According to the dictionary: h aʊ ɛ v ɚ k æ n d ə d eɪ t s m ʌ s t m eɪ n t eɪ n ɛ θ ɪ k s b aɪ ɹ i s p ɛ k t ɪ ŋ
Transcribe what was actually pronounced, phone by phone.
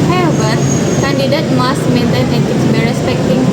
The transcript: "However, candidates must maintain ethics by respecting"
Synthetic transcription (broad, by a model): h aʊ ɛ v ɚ k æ n d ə d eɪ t m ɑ s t m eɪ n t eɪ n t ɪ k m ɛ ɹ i s p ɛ k t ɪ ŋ